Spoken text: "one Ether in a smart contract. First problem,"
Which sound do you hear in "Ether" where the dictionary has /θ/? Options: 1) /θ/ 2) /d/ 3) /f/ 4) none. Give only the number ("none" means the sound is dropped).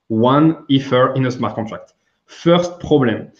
3